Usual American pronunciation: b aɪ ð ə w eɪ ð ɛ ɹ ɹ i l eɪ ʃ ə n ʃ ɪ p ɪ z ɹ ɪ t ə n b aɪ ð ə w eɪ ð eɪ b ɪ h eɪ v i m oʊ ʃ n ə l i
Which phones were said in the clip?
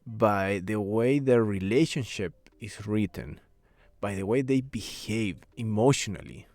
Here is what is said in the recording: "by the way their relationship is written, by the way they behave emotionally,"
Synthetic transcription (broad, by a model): b aɪ ð ə w eɪ ð ɛ ɹ ɹ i l eɪ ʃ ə n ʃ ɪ p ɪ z ɹ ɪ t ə n b aɪ ð ə w eɪ ð eɪ b ɪ h eɪ v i m oʊ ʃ n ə l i